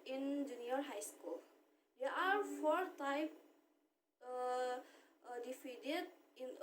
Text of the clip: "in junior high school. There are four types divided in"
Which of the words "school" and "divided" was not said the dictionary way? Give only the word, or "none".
divided